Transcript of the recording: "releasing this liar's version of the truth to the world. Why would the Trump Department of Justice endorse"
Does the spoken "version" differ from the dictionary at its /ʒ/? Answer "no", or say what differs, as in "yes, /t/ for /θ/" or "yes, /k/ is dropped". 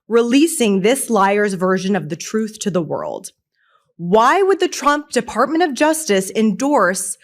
no